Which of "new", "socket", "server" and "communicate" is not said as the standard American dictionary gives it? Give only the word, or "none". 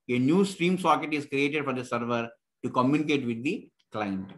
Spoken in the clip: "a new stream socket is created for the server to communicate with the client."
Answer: none